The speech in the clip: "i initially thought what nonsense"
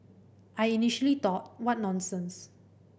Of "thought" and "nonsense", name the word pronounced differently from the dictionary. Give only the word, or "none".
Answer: thought